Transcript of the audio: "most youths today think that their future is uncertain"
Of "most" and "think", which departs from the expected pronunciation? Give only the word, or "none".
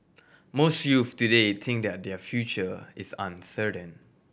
think